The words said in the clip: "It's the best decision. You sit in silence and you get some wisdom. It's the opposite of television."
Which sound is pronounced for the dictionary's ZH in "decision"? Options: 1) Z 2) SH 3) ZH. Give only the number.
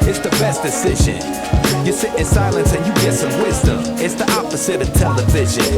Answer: 3